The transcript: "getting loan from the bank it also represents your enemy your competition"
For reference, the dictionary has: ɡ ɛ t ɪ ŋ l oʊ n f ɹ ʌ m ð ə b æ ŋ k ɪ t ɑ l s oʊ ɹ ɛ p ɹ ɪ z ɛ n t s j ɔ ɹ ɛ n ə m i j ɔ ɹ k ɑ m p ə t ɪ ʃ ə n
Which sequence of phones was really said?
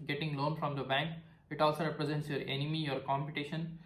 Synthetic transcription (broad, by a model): ɡ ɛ t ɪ ŋ l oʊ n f ɹ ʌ m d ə b æ ŋ k ɪ t ɑ l s oʊ ɹ ɛ p ɹ ɪ z ɛ n t s j ɔ ɹ ɛ n ə m i j ɔ ɹ k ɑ m p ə t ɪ ʃ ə n